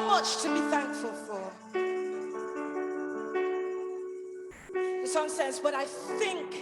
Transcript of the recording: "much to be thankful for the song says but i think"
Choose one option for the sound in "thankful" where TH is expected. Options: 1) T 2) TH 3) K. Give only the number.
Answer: 2